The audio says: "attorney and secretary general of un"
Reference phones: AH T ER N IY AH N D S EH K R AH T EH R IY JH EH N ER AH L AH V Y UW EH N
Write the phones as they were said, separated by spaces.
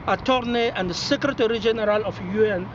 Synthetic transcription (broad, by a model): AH T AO N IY AH N D S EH K R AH T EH R IY JH EH N ER AH L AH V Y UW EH N